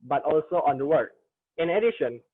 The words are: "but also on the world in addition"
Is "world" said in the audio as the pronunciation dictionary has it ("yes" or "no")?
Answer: no